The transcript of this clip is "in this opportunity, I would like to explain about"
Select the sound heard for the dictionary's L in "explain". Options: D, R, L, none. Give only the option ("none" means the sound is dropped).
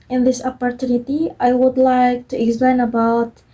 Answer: L